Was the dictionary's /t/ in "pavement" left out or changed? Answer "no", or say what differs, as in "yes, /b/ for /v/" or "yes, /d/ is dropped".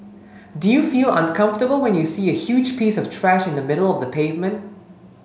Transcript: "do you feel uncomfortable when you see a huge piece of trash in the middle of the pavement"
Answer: no